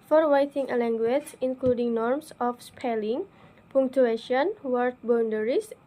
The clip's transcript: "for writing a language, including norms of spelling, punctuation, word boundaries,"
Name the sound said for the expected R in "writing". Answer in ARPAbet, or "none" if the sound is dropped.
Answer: W